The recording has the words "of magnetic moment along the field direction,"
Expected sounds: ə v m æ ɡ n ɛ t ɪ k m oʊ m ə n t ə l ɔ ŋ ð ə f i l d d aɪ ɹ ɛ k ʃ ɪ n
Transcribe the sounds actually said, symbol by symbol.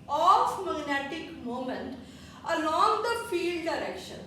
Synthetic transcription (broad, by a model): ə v m æ ɡ n ɛ t ɪ k m oʊ m ə n t ə l ɔ ŋ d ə f i l d d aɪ ɹ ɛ k ʃ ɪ n